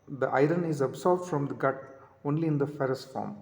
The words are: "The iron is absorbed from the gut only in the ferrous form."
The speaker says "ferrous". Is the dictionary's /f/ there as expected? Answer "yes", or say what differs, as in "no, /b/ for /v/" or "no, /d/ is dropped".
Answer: yes